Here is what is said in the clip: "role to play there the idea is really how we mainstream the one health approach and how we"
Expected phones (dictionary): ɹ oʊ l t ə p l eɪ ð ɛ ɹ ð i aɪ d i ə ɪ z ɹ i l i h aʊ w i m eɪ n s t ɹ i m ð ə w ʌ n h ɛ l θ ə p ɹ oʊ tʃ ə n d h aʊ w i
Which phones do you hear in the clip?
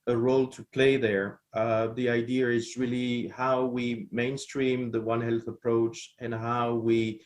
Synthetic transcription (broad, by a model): ɹ oʊ l t ə p l eɪ ð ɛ ɹ ð i aɪ d i ə ɪ z ɹ i l i h aʊ w i m eɪ n s t ɹ i m ð ə w ʌ n h ɛ l θ ə p ɹ oʊ tʃ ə n h aʊ w i